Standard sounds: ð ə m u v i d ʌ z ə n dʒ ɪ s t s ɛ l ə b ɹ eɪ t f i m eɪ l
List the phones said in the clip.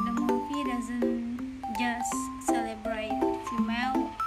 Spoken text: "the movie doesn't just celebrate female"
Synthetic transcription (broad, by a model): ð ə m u p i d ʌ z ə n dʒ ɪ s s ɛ l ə b ɹ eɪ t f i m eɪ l